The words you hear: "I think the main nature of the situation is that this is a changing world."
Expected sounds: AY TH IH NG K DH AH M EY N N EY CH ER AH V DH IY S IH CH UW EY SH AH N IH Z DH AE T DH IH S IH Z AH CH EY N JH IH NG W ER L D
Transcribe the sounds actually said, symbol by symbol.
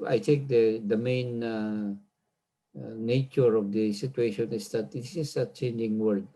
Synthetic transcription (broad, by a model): AY T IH NG K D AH M EY N N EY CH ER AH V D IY S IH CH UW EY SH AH N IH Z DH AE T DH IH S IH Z AH CH EY N JH IH NG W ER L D